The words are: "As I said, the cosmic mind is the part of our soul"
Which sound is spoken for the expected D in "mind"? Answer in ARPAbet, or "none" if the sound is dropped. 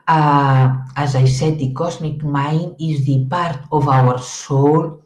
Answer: none